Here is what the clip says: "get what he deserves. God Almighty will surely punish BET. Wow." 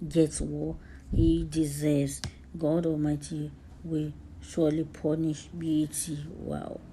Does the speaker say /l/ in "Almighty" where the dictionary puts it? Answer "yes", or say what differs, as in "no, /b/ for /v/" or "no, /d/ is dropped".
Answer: no, /l/ is dropped